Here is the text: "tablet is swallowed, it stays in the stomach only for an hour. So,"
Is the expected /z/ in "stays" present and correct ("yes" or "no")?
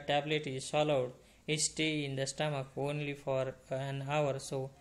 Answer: no